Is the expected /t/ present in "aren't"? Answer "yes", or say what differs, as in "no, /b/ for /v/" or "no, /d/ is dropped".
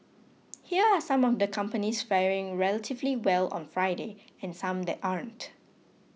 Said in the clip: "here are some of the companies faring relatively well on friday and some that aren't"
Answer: yes